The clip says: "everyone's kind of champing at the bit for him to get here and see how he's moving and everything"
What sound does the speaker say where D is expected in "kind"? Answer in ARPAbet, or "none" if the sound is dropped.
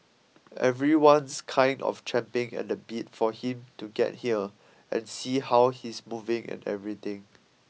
D